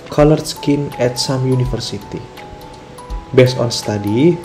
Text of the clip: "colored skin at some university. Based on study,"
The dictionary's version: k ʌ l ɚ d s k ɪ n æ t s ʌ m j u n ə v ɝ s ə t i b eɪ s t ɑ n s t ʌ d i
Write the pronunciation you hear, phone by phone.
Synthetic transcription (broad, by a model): k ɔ l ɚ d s k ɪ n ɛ t s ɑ m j u n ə f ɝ s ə t i b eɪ s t ɑ n s t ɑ d i